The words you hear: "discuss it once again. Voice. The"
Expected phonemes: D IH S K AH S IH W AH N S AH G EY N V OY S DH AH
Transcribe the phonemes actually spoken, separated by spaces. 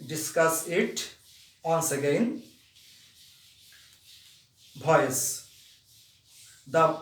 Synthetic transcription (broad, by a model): D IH S K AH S IH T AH N S AH G EY N B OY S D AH